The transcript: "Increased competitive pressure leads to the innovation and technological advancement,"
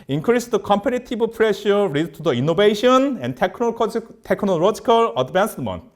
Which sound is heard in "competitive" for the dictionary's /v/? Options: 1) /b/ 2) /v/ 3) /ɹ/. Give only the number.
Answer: 1